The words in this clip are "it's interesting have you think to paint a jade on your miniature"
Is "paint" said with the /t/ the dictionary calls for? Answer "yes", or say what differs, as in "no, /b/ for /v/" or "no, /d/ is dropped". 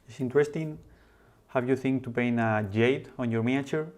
no, /t/ is dropped